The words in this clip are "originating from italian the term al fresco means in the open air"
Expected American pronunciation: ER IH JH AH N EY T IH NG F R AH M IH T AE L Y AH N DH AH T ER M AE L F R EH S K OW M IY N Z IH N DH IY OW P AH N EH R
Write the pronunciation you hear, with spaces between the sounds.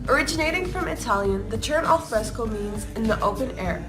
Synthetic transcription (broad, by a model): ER IH JH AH N EY T IH NG F R AH M IH T AE L Y AH N DH AH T ER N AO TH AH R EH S K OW M IY N Z IH N DH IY OW P AH N EH R